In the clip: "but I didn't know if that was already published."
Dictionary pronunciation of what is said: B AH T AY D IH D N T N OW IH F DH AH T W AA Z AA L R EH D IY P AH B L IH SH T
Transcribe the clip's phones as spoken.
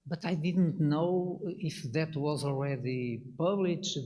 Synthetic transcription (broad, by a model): B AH T AY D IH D N T N OW IH F DH AH T W AA Z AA L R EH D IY P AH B L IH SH